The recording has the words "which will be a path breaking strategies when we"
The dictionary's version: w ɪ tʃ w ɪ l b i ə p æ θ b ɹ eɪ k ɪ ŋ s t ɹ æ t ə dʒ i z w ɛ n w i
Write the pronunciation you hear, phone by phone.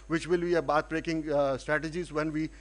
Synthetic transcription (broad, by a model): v ɪ tʃ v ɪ l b i ə b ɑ t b ɹ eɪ k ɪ ŋ s t ɹ æ t ə dʒ i z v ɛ n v i